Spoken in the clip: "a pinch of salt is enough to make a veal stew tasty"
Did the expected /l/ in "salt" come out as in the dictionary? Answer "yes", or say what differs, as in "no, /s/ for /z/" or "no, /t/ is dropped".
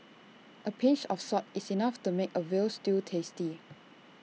no, /l/ is dropped